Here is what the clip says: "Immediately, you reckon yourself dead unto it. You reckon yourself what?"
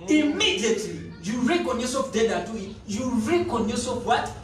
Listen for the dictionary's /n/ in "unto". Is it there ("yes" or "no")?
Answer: no